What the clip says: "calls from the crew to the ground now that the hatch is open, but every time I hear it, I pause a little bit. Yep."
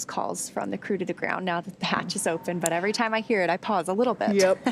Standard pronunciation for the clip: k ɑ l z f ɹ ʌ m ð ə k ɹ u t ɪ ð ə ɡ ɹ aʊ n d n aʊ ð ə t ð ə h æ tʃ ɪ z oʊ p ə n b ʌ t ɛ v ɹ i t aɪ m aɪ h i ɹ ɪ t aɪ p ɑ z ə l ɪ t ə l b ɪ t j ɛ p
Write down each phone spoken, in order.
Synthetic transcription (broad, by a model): k ɑ l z f ɹ ʌ m ð ə k ɹ u t ɪ ð ə ɡ ɹ aʊ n n aʊ ð ə t ð ə h æ tʃ ɪ z oʊ p ə n b ʌ t ɛ v ɹ i t aɪ m aɪ h i ɹ ɪ t aɪ p ɑ z ə l ɪ t l b ɪ t j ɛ p